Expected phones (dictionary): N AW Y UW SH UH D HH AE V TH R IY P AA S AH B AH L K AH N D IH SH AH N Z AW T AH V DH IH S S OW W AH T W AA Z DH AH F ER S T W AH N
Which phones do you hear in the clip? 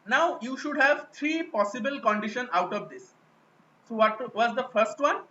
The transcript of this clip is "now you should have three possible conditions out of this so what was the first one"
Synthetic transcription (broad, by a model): N AW Y UW SH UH D HH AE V T R IY P AA S AH B AH L K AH N D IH SH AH N AW T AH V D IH S S OW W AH T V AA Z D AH F ER S T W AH N